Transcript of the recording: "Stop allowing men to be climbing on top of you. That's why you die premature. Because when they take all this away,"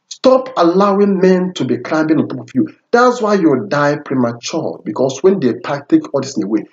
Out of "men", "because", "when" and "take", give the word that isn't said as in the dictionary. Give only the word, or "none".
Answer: because